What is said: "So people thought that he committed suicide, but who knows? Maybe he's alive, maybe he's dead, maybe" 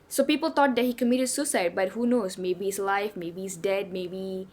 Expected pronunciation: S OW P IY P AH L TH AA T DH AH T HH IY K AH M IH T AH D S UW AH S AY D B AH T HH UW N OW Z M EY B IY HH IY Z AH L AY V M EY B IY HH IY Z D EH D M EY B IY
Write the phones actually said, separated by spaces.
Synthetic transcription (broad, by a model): S OW P IY P AH L T AA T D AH T HH IY K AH M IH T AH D S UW S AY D B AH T HH UW N OW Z M EY B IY IY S L AY F M EY B IY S D EH D M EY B IY